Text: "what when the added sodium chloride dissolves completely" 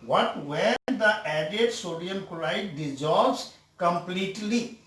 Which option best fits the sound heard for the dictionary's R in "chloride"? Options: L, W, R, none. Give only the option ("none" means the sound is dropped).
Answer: L